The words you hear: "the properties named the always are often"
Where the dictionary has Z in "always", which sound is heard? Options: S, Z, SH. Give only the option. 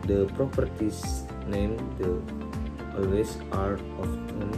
S